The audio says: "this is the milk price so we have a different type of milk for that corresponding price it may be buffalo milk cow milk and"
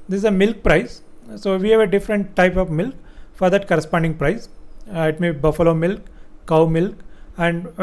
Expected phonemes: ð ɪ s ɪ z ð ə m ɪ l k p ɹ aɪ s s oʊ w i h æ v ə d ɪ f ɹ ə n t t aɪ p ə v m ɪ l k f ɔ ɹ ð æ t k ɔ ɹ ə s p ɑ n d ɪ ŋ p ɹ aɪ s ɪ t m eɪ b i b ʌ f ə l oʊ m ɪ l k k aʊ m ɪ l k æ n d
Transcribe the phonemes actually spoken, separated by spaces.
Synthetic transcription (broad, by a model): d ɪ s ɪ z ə m ɪ l k p ɹ aɪ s s oʊ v i h æ v ə d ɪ f ɹ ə n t t aɪ p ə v m ɪ l k f ɔ ɹ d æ t k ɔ ɹ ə s p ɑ n d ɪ ŋ p ɹ aɪ s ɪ t m eɪ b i b ʌ f ə l oʊ m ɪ l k k aʊ m ɪ l k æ n d